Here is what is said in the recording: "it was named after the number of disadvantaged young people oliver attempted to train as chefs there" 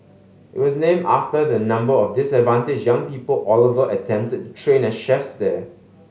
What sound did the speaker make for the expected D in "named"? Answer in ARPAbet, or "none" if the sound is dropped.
none